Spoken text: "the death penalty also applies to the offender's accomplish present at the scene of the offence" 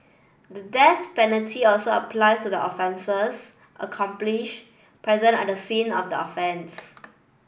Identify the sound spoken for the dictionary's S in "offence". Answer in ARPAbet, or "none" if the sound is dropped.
S